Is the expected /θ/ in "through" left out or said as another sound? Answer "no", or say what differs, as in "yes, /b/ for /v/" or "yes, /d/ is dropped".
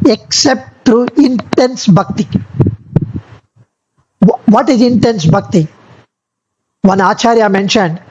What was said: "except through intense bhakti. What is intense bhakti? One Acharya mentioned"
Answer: yes, /t/ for /θ/